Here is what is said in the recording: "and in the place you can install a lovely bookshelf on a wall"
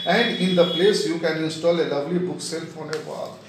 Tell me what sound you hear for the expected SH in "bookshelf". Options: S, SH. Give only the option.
S